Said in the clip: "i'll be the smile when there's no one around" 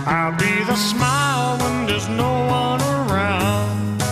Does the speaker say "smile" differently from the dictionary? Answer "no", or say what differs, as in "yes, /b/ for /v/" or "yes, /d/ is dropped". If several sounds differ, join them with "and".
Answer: no